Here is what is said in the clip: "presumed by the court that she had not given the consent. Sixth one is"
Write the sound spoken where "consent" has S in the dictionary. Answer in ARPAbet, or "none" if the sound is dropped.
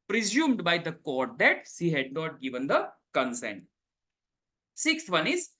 S